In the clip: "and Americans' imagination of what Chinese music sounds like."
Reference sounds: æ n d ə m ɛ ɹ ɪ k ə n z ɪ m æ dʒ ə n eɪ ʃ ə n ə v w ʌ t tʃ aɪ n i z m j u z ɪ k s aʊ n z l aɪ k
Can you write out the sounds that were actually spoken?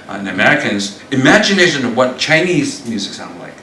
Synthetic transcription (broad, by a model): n ə m ɛ ɹ ɪ k ə n z ɪ m æ dʒ ə n eɪ ʃ ə n ə v w ʌ t tʃ aɪ n i z m j u z ɪ k s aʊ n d l aɪ k